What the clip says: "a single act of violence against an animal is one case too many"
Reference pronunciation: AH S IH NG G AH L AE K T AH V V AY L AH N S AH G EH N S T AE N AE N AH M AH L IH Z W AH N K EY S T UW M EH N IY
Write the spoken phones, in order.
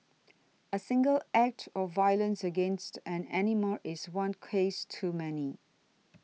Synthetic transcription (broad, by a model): AH S IH NG G AH L AE K T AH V V AY L AH N S AH G EH N S T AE N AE N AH M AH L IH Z W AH N K EY S T UW M EH N IY